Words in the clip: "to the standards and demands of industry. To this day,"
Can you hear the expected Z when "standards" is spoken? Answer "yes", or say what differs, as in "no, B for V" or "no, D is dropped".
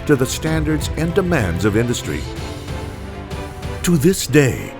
yes